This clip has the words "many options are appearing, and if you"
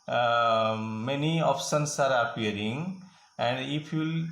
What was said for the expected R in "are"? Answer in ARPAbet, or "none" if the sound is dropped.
R